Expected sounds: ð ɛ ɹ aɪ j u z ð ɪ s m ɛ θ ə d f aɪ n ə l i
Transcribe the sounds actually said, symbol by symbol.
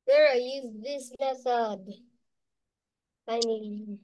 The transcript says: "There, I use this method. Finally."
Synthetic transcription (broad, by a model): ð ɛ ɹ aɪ j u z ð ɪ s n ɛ s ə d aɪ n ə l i